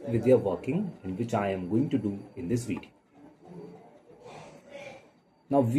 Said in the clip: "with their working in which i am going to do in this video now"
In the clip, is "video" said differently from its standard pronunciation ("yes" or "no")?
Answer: yes